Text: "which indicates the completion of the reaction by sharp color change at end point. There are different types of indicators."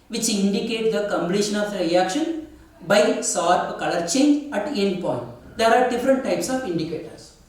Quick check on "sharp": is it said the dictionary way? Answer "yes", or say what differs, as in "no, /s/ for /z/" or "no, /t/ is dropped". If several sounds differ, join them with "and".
no, /s/ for /ʃ/